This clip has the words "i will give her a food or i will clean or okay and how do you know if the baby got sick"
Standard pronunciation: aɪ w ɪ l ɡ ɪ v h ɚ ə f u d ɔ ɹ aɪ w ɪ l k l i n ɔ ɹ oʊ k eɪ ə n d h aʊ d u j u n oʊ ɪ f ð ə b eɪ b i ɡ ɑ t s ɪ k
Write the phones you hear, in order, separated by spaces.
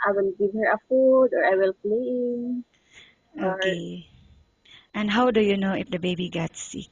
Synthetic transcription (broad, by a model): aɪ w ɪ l ɡ ɪ v h ɚ ə f u d ɔ ɹ aɪ w ɪ l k l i ɪ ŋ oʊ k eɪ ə n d h aʊ d u j u n oʊ ɪ f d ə b eɪ b i ɡ ɑ t s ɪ k